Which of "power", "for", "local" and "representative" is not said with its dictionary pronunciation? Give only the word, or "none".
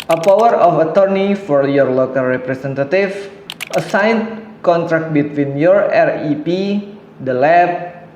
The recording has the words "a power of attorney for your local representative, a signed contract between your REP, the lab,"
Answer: representative